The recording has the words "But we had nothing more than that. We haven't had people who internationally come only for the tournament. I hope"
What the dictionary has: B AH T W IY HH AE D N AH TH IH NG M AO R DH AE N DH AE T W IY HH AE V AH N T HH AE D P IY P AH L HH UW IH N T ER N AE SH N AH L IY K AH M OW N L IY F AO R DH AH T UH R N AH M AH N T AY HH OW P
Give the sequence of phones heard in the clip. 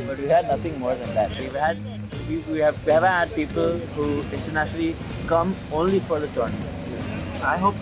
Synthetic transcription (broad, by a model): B AH T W IY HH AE D N AH T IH NG M AO R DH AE N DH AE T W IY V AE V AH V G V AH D P IY P AH L HH UW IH N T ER N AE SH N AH L IY K AH M OW N L IY F AO R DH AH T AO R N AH AH HH OW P